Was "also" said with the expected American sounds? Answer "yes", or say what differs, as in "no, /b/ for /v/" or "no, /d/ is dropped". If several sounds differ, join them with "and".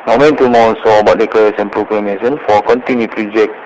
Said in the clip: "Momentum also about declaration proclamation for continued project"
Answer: no, /l/ is dropped